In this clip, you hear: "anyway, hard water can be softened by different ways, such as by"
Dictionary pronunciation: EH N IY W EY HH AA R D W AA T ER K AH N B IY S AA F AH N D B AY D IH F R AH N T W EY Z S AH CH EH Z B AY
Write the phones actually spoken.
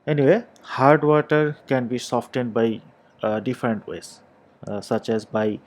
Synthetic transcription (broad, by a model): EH N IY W EY HH AA R D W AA T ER K AH N B IY S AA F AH N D B AY D IH F R AH N T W EY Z S AH CH EH Z B AY